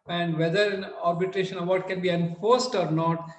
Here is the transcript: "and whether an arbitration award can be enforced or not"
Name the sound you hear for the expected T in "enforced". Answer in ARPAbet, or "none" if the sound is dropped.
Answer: T